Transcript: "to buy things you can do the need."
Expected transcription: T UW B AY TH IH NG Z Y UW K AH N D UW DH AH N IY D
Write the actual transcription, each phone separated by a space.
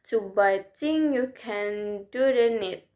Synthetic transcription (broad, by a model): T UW B AY T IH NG Y UW K AH N D UW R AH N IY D